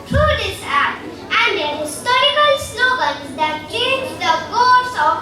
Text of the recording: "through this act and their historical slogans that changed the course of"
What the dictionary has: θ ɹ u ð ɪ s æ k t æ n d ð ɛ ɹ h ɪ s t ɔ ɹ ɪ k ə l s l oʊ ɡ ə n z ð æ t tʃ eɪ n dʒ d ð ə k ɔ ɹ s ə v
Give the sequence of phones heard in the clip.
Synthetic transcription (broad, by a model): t ɹ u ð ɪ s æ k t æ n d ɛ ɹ h ɪ s t ɔ ɹ ɪ k ə l s n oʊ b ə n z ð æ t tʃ eɪ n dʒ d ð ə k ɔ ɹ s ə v